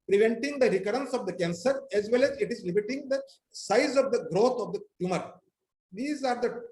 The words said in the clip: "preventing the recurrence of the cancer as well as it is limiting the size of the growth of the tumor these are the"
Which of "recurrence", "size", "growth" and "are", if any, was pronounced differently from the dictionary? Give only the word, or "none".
growth